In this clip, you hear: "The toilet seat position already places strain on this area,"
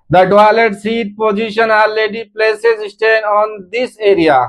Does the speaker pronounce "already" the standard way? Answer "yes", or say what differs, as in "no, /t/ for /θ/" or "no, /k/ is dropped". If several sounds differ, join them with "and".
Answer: no, /ɹ/ is dropped